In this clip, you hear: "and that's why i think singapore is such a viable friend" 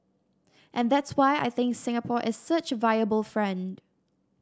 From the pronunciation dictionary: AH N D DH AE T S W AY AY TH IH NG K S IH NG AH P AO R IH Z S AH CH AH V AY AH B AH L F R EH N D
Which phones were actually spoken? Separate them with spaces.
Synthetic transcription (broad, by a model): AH N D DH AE T S W AY AY TH IH NG K S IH NG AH P AO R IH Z S AH CH AH V AY AH B AH L F R EH N D